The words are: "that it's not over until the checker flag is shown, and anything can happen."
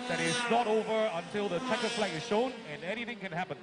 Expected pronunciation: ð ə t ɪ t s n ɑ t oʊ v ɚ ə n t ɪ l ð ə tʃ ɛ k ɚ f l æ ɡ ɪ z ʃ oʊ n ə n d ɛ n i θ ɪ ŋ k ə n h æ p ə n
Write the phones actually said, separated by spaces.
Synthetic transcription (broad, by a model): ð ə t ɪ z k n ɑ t oʊ v ɚ ə n t ɪ l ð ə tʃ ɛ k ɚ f l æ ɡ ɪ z ʃ oʊ n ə n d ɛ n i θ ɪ ŋ k ə n h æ p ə n